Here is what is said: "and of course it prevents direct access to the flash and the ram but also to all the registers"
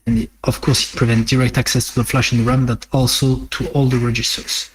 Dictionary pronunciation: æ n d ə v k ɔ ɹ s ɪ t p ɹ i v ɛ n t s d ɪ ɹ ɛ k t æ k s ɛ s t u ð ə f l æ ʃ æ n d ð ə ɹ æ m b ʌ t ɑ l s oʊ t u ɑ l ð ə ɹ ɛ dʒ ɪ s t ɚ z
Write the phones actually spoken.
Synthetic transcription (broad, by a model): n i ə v k ɔ ɹ s ɪ t p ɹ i v ɛ n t d ɪ ɹ ɛ k t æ k s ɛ s t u ð ə f l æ ʃ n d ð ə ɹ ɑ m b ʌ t ɑ l s oʊ t u ɑ l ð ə ɹ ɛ dʒ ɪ s t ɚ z